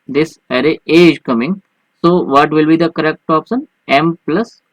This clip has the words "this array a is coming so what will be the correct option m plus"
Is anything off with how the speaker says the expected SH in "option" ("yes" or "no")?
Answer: yes